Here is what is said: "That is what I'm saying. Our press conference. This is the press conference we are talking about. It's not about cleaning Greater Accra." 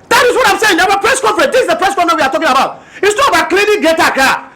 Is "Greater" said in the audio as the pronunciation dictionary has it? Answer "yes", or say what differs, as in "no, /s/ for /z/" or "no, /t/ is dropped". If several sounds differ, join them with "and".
no, /ɹ/ is dropped